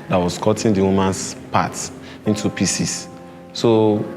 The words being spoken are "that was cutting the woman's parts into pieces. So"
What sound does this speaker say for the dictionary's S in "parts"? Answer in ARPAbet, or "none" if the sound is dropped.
none